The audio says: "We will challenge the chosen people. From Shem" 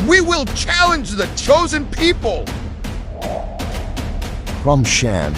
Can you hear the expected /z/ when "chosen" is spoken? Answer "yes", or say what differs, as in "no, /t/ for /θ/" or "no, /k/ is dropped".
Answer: yes